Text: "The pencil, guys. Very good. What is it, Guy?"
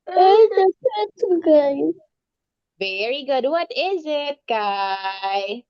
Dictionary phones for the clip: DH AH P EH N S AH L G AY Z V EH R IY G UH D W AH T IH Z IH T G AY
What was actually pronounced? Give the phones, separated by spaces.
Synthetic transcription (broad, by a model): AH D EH S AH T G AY V EH R IY G UH D W AH T IH Z IH T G AY